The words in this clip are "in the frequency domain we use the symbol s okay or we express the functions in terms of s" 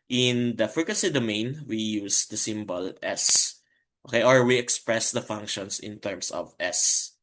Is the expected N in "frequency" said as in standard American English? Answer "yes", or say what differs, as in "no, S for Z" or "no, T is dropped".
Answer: no, N is dropped